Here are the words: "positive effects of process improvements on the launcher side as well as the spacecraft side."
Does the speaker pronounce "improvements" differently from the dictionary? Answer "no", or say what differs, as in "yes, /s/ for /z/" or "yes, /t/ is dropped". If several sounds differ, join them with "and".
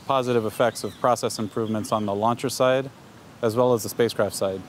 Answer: no